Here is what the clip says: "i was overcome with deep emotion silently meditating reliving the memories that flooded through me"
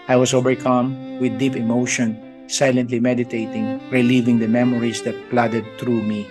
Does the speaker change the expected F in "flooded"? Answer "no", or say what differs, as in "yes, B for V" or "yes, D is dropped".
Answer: yes, P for F